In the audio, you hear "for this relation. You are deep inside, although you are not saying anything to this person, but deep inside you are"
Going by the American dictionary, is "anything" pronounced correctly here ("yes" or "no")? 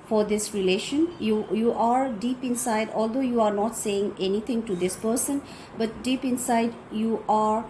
no